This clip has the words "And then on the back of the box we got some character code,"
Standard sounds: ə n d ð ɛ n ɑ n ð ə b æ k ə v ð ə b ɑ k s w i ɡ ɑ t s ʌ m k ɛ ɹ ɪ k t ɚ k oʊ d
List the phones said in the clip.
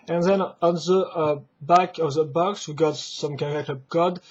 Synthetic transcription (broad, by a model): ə n ð ɛ n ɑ n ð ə b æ k ə v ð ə b ɑ k s w i ɡ ɑ t s ʌ m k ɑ l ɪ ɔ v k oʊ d